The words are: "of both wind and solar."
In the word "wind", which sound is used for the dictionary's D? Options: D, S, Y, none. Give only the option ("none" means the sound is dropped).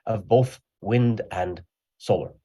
D